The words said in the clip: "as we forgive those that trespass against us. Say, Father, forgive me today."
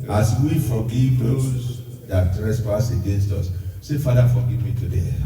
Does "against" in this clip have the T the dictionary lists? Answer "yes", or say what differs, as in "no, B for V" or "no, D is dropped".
yes